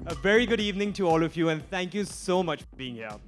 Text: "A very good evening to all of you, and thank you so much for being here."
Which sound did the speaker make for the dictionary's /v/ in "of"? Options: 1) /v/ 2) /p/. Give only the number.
1